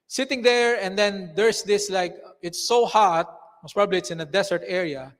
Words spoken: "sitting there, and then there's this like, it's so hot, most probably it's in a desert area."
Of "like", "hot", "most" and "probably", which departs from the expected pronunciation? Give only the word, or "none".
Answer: none